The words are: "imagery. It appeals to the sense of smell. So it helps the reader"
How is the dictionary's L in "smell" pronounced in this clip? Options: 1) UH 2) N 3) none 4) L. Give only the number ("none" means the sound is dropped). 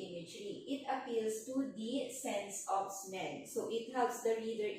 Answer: 2